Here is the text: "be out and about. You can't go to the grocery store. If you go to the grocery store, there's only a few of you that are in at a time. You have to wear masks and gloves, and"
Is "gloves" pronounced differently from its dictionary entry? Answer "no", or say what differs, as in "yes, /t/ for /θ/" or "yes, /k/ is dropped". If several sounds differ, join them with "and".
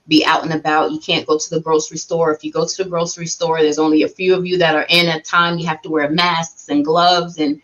no